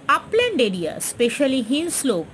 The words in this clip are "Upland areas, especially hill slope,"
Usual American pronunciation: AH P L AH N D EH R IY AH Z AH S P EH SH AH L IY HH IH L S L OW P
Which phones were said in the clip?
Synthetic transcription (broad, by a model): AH P L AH N D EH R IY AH AH S P EH SH AH L IY HH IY N S L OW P